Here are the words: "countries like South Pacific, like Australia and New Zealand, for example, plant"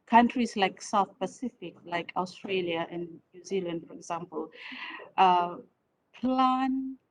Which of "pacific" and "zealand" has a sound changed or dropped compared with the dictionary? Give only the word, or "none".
none